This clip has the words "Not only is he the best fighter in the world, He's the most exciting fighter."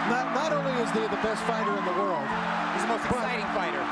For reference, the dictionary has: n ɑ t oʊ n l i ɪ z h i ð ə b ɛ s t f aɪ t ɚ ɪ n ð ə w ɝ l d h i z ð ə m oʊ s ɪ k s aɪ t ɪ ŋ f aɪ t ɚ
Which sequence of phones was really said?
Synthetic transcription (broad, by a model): n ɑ t oʊ n l i ɪ z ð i ð ə b ɛ s t f aɪ t ɚ ɪ n ð ə w ɝ l d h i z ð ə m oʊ ɪ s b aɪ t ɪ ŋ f aɪ t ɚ